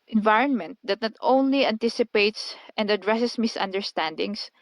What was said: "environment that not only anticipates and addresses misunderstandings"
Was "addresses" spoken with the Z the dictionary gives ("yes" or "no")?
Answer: no